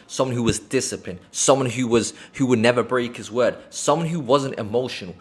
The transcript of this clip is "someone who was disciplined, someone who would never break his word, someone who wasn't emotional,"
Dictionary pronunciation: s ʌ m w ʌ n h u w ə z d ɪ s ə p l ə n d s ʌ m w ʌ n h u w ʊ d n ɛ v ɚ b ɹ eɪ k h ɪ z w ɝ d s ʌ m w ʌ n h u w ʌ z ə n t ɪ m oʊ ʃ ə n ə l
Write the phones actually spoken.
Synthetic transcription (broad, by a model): s ʌ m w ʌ n h u w ə z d ɪ s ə p l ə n s ʌ m w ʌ n h u w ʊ d n ɛ v ɚ b ɹ eɪ k h ɪ z w ɝ d s ʌ m w ʌ n h u w ʌ z ə n t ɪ m oʊ ʃ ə n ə l